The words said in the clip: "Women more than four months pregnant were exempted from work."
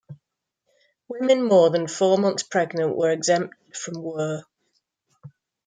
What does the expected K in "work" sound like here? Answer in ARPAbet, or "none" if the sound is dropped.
none